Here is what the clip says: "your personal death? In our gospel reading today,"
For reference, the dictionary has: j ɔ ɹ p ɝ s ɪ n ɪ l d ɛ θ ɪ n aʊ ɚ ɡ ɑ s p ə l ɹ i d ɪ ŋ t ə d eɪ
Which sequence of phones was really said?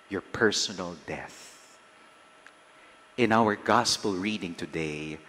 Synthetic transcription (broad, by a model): j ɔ ɹ p ɝ s ɪ n ɪ l d ɛ θ ɪ n aʊ ɚ ɡ ɑ s p ə l ɹ i d ɪ ŋ t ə d eɪ